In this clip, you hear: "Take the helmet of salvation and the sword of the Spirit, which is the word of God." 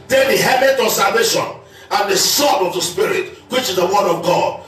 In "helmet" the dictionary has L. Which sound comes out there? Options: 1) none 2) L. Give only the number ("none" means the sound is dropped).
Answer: 1